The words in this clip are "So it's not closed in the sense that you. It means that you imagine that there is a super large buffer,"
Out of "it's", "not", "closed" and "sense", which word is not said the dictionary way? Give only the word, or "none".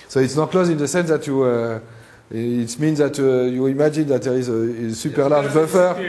closed